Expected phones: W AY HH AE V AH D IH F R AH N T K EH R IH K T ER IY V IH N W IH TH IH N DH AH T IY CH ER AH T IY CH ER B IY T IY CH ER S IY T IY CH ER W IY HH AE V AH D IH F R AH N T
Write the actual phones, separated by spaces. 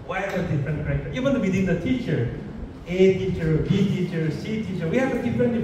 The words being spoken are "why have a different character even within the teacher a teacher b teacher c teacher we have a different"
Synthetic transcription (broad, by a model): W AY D AH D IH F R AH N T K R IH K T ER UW W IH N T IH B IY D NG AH T IY CH ER AH T IY CH ER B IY T IY CH ER S IY T IY CH ER W IY HH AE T AH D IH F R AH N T